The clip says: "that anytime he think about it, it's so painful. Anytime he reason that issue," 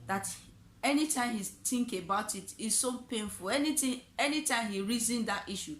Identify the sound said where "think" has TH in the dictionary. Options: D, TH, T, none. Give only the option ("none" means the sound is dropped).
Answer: T